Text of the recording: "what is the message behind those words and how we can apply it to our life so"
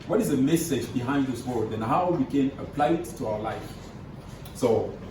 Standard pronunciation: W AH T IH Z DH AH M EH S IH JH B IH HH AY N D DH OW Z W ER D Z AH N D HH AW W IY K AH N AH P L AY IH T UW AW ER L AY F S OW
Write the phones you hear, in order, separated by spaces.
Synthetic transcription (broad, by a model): W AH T IH Z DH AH M EH S IH JH B IH HH AY N D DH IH S W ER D AH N HH AW W IY K AH N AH P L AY IH T UW AW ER L AY F S OW